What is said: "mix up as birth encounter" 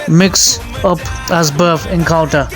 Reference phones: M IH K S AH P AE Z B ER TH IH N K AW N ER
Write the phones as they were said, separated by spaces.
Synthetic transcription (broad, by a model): M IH K S AH P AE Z B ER F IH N K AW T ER